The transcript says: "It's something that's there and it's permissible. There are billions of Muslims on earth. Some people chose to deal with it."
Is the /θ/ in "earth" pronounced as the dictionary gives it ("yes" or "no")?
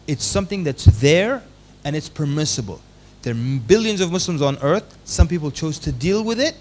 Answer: yes